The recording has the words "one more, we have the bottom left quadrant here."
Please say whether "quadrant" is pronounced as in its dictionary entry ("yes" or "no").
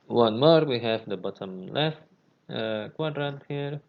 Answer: no